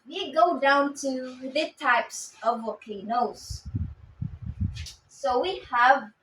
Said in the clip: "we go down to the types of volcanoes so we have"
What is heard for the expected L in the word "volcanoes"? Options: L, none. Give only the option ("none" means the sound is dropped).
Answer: none